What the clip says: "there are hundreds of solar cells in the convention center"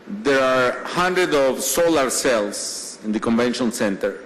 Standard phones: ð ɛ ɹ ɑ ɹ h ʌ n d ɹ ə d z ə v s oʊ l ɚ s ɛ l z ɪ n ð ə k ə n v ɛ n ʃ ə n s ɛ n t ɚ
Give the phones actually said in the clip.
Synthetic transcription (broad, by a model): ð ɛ ɹ ɑ ɹ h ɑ n d ɹ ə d ə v s oʊ l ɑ s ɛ l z ɪ n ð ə k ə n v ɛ n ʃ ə n s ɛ n t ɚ